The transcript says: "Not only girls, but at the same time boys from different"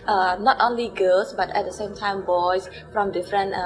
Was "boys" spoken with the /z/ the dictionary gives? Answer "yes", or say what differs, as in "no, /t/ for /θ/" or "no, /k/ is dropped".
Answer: no, /s/ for /z/